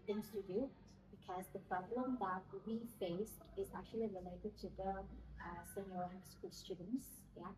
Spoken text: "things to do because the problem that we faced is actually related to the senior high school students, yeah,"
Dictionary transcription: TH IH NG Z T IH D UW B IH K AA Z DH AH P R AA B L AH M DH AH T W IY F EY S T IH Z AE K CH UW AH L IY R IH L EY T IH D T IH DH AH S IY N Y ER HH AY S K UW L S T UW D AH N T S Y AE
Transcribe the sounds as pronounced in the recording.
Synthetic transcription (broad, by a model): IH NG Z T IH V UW B IH K AA Z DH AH P R AA B L AH M DH AH T W IY F EY S T IH Z AE K CH UW AH L IY R IH L EY T IH D T IH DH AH S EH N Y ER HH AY S K UW L S T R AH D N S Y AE